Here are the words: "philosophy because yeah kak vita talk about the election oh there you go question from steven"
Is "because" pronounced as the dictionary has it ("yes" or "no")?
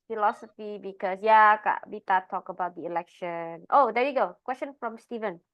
no